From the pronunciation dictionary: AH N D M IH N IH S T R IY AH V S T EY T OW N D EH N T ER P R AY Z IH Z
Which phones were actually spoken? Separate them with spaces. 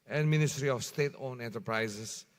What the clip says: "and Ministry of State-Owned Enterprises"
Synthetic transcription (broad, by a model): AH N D M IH N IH S T R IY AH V S T EY T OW N EH N T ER P R AY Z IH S